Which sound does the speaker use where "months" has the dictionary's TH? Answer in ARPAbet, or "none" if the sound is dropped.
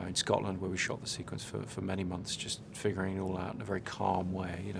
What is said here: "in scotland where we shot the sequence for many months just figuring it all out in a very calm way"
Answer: TH